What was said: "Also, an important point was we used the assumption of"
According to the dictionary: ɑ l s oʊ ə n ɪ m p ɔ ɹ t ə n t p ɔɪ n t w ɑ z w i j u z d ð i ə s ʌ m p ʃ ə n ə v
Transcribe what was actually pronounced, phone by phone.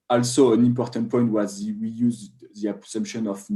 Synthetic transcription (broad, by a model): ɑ l s oʊ ə n ɪ m p ɔ ɹ t ə n t p ɔɪ n t w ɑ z w i j u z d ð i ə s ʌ m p ʃ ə n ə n